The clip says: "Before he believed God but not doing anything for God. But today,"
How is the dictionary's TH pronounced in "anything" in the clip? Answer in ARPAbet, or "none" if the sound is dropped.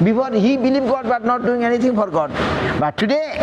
T